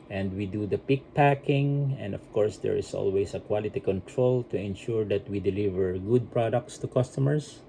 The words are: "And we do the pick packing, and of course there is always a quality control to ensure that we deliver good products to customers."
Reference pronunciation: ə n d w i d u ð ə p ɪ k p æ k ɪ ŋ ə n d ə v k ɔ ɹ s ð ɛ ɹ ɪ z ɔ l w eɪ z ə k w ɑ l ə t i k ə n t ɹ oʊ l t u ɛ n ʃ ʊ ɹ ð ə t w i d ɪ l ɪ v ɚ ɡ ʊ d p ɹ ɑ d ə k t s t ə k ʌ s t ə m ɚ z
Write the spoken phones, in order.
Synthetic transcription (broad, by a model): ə n d w i d u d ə p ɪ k p æ k ɪ ŋ ə n d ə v k ɔ ɹ s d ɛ ɹ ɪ s ɔ l w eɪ s ə k w ɑ l ə t i k ə n t ɹ oʊ l t u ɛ n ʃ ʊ ɹ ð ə t w i d ɪ l ɪ v ɚ ɡ ʊ d p ɹ ɑ d ə k t s t ə k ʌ s t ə m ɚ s